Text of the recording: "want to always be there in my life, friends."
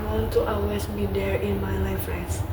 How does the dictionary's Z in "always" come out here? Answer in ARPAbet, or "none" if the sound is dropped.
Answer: S